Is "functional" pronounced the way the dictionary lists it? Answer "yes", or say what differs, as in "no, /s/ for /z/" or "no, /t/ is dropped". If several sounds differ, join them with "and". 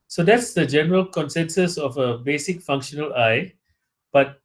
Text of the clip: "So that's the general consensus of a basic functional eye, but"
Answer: yes